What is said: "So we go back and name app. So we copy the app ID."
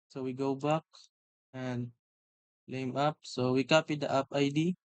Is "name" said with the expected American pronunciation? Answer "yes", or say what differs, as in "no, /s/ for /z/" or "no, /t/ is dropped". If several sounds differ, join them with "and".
no, /l/ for /n/